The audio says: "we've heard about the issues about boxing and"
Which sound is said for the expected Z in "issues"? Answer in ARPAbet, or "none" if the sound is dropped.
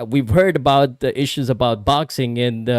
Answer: Z